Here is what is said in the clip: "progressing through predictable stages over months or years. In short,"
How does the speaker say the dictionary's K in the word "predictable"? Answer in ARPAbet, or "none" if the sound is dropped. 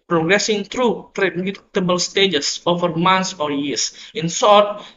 none